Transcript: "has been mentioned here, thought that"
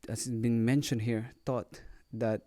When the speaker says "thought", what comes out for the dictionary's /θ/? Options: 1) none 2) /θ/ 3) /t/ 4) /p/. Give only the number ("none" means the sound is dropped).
3